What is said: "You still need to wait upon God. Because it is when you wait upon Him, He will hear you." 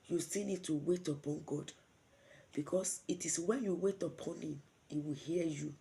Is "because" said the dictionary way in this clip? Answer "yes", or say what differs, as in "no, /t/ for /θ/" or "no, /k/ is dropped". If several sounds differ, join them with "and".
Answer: no, /s/ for /z/